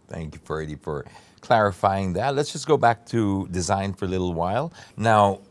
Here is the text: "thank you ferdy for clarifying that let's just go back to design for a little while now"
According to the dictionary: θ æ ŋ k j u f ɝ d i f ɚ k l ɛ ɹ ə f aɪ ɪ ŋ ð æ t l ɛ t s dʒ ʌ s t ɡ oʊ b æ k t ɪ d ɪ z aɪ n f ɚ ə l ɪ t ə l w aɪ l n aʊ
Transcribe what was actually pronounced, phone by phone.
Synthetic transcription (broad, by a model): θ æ ŋ k j u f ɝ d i f ɚ k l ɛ ɹ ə f aɪ ɪ ŋ ð æ t l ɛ t s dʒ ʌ s ɡ oʊ b æ k t ɪ d ɪ z aɪ n f ɚ ə l ɪ t l w aɪ l n aʊ